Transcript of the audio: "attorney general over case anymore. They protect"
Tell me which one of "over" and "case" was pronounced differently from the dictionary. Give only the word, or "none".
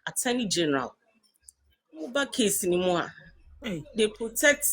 over